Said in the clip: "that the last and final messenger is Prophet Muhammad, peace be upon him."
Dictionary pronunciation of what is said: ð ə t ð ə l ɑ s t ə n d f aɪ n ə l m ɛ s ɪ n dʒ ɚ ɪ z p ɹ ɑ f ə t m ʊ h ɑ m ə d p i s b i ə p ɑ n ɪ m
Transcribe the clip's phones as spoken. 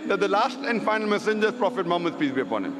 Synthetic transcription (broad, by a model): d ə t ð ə l ɑ s t ə n d f aɪ n ə l m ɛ s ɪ n dʒ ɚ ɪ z p ɹ ɑ f ə t m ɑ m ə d p i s b i ə p ɑ n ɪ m